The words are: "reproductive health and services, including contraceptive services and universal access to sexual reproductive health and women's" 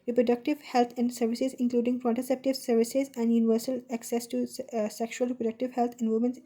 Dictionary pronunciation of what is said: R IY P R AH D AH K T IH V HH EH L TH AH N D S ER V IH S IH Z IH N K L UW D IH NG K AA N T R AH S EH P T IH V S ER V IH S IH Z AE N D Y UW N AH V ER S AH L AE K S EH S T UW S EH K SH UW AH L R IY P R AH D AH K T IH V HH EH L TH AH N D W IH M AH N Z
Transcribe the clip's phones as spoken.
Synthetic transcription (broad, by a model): R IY P R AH D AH K T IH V HH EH L T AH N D S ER V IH S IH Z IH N K L UW D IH NG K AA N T AH S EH P T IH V S ER V IH S IH Z AE N D Y UW N AH V ER S AH L AE K S EH S T UW S EH K SH UW AH L R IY P R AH D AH K T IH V HH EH L T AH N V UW M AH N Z